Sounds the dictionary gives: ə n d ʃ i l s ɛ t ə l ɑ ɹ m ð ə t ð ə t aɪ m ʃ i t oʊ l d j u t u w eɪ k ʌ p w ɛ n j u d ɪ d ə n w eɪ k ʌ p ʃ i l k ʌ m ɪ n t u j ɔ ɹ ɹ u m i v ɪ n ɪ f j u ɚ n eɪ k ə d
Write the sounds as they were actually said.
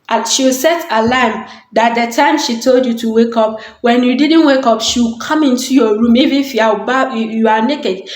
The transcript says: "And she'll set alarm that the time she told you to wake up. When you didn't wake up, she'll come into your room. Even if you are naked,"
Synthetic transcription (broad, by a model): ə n ʃ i w s ɛ t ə l ɑ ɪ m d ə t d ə t aɪ m ʃ i t oʊ l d j u t u w eɪ k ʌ p w ɛ n j u d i d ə n w eɪ k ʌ p ʃ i w k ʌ m ɪ n t u j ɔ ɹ ɹ u m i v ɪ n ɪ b j u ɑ n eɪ k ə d